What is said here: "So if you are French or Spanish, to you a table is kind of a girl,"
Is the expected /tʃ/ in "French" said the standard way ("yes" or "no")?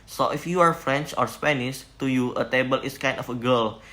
yes